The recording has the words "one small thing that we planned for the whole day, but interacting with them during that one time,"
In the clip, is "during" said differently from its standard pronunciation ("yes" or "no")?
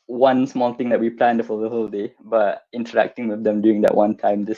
yes